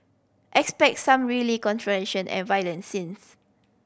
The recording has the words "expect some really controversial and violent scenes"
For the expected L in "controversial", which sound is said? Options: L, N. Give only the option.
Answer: N